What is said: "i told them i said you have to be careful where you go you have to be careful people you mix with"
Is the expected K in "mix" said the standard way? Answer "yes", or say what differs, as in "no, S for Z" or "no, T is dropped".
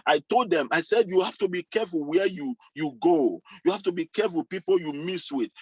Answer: no, K is dropped